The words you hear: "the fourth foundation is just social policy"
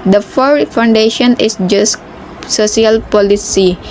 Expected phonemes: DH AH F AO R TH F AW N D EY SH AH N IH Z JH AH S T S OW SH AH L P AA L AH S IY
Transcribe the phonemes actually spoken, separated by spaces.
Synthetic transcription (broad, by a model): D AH F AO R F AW N D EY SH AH N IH S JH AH S S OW S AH L P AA L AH S IY